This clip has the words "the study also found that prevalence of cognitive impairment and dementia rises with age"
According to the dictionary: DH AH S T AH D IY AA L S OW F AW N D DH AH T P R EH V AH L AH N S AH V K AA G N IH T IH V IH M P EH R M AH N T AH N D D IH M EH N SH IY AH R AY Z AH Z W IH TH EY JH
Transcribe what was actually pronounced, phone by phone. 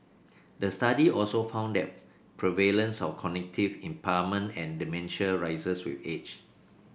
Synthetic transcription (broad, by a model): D AH S T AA D IY AA L S OW F AW N D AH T P R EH V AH L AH N S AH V K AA N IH T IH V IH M P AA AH M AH N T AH N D D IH M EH N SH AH R AY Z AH S W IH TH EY CH